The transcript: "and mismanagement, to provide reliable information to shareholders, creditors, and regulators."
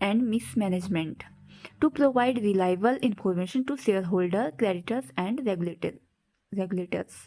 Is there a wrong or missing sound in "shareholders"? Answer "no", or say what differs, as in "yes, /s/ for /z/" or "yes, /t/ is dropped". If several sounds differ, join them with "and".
yes, /l/ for /ɹ/ and /z/ is dropped